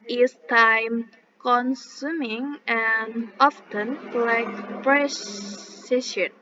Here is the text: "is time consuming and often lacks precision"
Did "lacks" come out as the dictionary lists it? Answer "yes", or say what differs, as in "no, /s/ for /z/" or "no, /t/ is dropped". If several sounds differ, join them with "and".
no, /s/ is dropped